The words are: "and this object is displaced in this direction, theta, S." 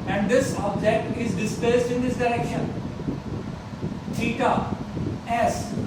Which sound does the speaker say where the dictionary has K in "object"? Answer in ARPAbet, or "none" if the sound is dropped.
none